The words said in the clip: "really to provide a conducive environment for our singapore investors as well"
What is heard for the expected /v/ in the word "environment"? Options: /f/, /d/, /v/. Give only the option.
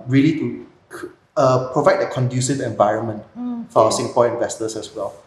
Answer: /v/